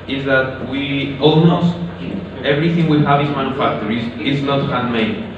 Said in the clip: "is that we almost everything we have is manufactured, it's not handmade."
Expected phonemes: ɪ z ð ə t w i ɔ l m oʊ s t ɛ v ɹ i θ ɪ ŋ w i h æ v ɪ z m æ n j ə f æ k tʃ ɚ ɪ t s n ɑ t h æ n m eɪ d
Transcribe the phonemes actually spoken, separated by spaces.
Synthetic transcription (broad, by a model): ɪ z ð ə t w i ɔ l m oʊ s t ɛ v ɹ i θ ɪ ŋ w i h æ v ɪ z m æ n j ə f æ k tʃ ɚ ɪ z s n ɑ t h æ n m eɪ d